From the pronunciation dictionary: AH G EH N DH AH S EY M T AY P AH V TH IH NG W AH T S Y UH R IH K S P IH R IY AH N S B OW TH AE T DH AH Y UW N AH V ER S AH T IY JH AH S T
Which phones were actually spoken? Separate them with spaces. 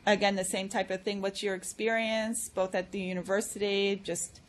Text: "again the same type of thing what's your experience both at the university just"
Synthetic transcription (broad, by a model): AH G EH N DH AH S EY M T AY P AH V TH IH NG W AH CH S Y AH R IH K S P IH R IY AH N S B OW TH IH T DH AH Y UW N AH V ER S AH T IY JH AH S T